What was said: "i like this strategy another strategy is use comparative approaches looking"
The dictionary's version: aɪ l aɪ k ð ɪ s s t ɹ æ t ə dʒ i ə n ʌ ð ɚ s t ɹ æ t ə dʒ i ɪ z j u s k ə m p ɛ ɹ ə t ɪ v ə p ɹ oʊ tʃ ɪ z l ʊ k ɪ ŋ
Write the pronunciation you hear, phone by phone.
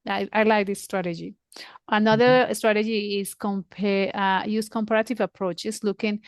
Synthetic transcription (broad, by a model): aɪ l aɪ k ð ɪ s s t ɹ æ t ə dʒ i ə n ʌ ð ɚ s t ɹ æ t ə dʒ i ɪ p j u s k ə m p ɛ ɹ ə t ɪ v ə p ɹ oʊ tʃ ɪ s l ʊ k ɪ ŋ